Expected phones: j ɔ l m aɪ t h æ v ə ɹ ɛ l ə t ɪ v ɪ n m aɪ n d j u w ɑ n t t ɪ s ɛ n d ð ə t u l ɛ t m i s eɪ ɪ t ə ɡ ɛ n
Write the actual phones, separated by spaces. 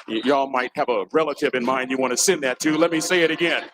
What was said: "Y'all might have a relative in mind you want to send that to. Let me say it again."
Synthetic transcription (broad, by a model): j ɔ l m aɪ t h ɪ v ə ɹ ɛ l ə t ɪ v ɪ n m aɪ n d j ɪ w ɑ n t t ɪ s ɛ n ð ə t u l ɛ t m i s eɪ ɪ t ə ɡ ɛ n